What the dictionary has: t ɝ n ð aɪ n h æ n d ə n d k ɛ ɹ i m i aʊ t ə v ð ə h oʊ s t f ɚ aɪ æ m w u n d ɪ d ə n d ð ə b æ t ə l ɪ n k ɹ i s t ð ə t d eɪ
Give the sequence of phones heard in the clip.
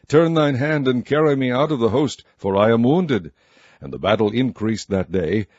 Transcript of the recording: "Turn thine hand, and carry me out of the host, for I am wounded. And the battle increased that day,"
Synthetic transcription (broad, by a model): t ɝ n ð aɪ n h æ n d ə n k ɛ ɹ i m i aʊ t ə v ð ə h oʊ s t f ɚ aɪ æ m w u n d ɪ d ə n ð ə b æ t l ɪ n k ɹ i s ð ə t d eɪ